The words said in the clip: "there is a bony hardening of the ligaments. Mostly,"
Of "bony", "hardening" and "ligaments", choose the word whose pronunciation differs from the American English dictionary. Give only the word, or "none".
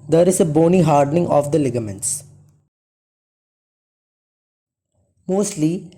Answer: none